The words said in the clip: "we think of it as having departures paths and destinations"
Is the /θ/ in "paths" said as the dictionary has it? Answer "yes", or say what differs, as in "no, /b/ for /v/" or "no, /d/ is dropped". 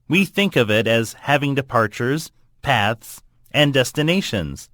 yes